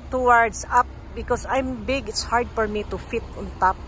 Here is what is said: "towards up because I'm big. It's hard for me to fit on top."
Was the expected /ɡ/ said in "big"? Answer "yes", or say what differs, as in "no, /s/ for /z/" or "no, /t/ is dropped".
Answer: yes